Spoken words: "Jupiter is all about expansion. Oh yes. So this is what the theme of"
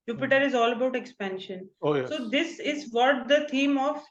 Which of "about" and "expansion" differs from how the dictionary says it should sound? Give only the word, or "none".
none